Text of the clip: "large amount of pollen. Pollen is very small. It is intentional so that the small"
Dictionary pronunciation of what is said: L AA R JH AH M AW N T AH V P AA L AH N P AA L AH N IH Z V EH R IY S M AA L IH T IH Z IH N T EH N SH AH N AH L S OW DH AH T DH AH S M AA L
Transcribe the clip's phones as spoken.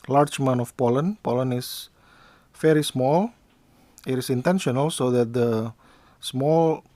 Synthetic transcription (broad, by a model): L AA R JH M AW N AH F P AA L AH N P AA L AH N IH S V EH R IY S M AA L IH T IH S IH N T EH N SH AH N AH L S OW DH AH T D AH S M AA L